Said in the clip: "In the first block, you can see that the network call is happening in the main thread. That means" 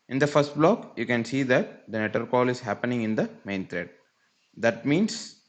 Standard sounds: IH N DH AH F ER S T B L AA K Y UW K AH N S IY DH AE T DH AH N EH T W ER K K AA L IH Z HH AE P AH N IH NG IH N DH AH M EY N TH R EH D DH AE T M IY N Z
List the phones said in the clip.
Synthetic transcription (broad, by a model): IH N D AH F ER S T B L AA K Y UW K AH N S IY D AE T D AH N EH T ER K K AA L IH Z HH AE P AH N IH NG IH N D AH M EY N T R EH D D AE T M IY N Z